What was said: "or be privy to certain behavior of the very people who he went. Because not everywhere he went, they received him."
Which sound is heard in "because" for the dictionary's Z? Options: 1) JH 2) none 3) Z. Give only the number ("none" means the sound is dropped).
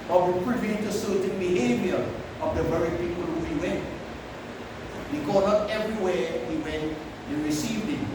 2